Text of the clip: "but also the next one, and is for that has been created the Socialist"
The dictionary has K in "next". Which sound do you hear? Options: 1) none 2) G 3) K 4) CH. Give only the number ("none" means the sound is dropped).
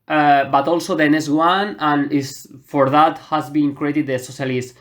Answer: 1